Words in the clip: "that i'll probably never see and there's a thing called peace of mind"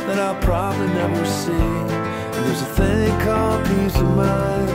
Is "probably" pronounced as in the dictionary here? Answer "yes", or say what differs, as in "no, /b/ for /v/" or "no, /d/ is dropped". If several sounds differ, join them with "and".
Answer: yes